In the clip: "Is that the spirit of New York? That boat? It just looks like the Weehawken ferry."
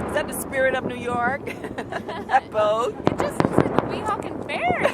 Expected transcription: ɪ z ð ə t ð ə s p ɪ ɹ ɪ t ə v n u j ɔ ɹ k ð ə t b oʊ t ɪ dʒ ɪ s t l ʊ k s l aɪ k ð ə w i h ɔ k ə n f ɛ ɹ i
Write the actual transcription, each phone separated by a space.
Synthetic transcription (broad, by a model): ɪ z ð ə t ð ə s p ɪ ɹ ɪ t ə v n u j ɔ ɹ k ð ə t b oʊ ɪ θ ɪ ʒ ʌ s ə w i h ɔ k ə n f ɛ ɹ